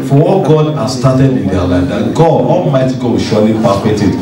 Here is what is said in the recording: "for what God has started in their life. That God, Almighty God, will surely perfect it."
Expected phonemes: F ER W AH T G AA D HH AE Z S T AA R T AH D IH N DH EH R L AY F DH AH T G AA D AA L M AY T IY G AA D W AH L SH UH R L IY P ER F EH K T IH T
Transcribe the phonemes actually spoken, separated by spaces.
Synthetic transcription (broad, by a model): F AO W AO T G AA D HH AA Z S T AA T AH D IH N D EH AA L AY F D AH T G AA D AA L M AY T IY G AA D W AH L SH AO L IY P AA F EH T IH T